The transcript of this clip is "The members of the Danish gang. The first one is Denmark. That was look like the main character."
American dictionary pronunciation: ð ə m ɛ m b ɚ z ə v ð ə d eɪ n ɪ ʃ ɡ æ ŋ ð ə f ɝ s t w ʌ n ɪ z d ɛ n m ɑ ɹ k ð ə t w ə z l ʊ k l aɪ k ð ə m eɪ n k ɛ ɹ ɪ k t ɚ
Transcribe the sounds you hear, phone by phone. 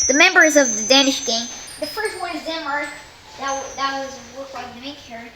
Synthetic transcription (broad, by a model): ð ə m ɛ m b ɚ z ə v ð ə d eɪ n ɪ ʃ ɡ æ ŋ ð ə f ɝ s t w ʌ n ɪ z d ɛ m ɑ ɹ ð ð ə t w ə z w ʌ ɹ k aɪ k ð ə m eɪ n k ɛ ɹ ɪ